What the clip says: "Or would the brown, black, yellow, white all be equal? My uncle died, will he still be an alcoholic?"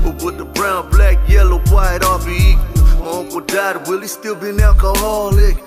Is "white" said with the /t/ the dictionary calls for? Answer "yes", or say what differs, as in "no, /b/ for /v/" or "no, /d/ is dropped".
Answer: yes